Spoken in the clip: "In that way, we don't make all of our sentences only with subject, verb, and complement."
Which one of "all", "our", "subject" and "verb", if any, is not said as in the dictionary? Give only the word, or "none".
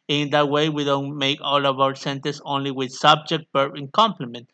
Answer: verb